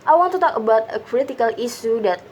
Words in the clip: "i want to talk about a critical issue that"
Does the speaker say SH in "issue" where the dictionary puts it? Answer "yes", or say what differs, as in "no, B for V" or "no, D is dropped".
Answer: no, S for SH